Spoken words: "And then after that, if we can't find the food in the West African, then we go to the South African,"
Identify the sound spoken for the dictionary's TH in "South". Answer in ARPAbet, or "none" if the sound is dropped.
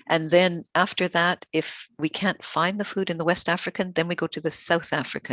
TH